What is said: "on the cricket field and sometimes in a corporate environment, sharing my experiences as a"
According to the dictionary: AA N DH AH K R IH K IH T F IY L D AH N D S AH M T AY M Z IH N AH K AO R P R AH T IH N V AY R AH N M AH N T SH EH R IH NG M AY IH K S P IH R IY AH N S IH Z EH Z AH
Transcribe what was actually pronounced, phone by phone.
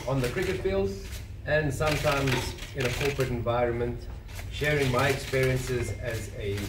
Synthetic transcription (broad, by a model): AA N DH AH K R IH K IH T F IY L D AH N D S AH M T AY M Z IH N AH K AO R P R AH T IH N V AY R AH N M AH N T SH EH R IH NG M AY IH K S P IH R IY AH N S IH Z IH Z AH